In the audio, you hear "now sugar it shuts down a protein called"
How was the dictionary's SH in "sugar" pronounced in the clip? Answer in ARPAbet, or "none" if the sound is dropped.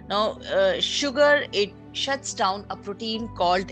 SH